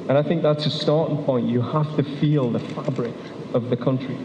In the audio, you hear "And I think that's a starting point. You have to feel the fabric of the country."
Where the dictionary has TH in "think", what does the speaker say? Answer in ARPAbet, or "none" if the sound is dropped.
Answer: TH